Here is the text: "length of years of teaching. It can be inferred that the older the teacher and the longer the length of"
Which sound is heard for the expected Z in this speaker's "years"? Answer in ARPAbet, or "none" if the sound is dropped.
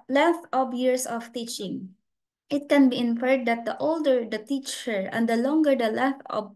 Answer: S